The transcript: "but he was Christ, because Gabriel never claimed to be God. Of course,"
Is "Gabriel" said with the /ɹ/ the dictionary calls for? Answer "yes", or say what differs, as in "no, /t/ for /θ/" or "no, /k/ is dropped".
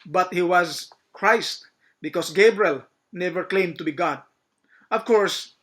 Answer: yes